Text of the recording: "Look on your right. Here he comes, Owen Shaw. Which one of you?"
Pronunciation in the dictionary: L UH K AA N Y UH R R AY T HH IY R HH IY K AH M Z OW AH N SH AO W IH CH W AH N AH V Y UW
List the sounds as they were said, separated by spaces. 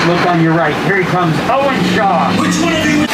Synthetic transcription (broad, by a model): L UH K N Y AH R R AY T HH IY R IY K AH M Z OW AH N SH AO W IH CH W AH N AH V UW